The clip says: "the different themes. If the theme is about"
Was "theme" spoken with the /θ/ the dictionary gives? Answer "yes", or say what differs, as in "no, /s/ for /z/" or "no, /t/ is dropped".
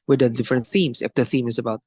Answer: yes